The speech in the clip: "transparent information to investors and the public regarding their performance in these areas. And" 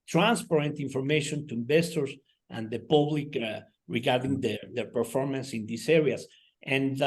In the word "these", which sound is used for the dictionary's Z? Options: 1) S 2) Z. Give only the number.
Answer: 1